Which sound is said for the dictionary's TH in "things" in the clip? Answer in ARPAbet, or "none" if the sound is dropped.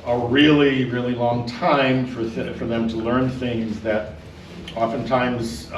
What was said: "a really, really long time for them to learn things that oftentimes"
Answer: TH